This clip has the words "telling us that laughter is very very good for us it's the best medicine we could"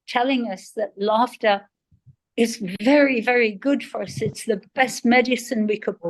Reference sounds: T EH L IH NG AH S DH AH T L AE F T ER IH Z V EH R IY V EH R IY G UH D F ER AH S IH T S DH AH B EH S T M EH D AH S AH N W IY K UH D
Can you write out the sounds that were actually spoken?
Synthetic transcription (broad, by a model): T EH L IH NG AH S DH AH T L AE F T ER IH Z V EH R IY V EH R IY G UH D F ER AH S IH T S DH AH B EH S T M EH D AH S AH N W IY K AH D